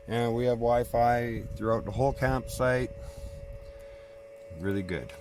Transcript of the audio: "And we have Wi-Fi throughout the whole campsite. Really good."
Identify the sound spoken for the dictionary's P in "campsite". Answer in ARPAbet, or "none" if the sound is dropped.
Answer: P